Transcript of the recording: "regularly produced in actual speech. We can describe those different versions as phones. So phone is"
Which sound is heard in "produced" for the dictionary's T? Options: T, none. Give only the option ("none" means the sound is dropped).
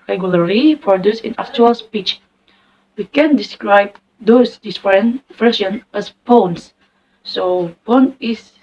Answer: none